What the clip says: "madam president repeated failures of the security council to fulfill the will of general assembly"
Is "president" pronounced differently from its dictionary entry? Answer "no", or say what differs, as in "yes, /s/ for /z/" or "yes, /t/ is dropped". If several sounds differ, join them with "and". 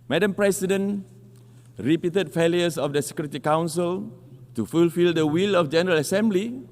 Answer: yes, /s/ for /z/